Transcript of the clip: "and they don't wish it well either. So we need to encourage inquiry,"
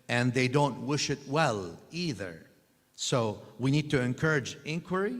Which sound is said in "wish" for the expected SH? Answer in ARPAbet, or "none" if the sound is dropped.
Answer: SH